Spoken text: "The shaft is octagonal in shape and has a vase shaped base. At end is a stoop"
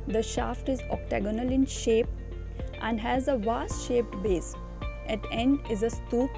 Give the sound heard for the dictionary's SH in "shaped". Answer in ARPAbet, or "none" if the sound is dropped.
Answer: SH